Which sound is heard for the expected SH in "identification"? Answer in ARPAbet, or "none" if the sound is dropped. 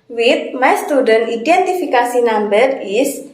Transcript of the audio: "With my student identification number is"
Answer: S